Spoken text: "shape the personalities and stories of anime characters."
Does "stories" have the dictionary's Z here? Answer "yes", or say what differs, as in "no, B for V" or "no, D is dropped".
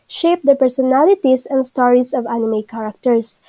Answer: no, S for Z